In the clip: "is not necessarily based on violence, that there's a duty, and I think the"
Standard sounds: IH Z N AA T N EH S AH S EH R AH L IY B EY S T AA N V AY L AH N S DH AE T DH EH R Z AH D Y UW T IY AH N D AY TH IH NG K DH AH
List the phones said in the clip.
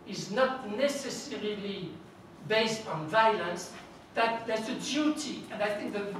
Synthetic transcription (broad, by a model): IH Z N AA T N EH S AH S EH R AH L IY B EY S T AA N V AY L AH N S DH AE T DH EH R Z AH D Y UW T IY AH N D AY TH IH NG K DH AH